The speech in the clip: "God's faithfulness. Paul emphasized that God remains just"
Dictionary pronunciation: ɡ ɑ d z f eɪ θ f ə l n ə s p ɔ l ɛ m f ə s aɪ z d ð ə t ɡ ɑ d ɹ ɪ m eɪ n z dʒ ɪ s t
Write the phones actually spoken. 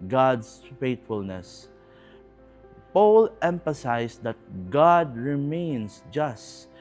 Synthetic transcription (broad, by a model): ɡ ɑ d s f eɪ t f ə l n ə s p ɔ l ɛ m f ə s aɪ s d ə t ɡ ɑ d ɹ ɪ m eɪ n s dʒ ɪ s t